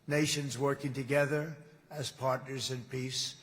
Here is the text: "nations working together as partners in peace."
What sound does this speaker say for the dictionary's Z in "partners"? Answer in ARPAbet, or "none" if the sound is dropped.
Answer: Z